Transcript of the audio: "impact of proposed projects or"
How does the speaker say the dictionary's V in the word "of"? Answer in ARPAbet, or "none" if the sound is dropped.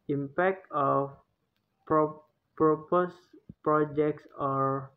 P